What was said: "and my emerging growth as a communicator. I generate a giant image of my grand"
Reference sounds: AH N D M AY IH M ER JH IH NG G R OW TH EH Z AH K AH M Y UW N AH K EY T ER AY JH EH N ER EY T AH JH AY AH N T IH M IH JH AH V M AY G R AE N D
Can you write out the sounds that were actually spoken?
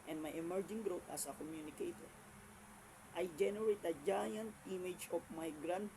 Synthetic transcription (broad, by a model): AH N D M AY IH M ER JH IH NG G R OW T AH S AH K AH M Y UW N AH K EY T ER AY JH EH N ER EY T AH JH AY AH N T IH M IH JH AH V M AY G R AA N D